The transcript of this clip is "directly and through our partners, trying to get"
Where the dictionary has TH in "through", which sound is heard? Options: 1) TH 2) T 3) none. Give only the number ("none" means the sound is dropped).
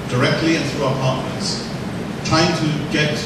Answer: 1